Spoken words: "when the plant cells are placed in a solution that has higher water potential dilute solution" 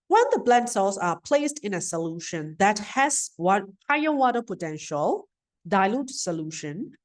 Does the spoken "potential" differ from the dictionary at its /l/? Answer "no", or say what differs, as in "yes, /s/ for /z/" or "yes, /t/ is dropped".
no